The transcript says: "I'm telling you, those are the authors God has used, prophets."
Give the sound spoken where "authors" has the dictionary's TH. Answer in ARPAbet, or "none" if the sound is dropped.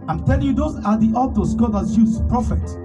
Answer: T